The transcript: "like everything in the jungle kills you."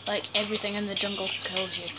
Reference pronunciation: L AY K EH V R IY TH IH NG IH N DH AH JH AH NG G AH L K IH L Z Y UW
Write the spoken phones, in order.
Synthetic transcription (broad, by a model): L AY K EH V R IY TH IH NG IH N DH AH JH AH NG G AH L K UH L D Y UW